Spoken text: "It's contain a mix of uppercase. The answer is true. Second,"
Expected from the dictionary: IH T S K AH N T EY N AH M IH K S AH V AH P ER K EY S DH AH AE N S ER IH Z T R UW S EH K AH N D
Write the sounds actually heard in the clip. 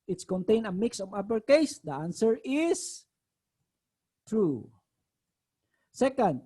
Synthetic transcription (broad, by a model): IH T S K AH N T EY N AH M IH K S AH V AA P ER K EY S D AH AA N S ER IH S T R UW S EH K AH N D